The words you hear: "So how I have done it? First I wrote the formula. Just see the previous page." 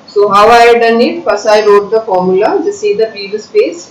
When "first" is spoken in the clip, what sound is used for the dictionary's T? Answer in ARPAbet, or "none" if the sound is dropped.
none